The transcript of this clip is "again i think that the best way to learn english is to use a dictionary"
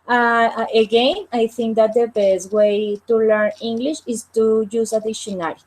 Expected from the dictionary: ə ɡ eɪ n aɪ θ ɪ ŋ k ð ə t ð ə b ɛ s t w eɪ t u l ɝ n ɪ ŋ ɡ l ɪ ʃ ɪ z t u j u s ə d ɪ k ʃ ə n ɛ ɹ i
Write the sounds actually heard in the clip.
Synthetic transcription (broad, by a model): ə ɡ eɪ n aɪ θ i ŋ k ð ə t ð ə b ɛ s t w eɪ t u l ɝ n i ŋ ɡ l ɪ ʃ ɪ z t u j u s ə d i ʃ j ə n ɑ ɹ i